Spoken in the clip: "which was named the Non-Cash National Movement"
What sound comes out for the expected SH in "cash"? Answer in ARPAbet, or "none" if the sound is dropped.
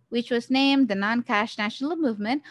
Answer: SH